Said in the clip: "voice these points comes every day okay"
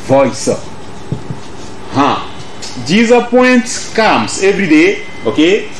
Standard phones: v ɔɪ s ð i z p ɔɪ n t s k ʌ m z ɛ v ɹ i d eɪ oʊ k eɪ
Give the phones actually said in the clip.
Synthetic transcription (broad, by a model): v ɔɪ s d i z p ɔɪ n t k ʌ m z ɛ v ɹ i d eɪ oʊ k eɪ